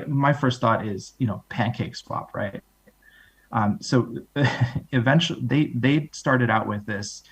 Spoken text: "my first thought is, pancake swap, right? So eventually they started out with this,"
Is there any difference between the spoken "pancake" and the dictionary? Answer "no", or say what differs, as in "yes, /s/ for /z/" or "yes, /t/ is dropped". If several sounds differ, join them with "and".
no